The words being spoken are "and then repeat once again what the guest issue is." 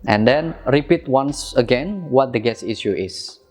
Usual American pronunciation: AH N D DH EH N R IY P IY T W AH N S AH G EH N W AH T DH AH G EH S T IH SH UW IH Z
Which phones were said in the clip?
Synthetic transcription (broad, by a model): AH N D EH N R IY P IY T W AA N S AH G EH N W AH T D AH G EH S IH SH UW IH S